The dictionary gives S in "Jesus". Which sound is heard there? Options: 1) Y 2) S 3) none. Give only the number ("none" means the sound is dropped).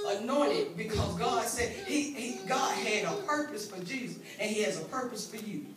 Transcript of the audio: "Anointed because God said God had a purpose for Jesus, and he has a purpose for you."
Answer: 2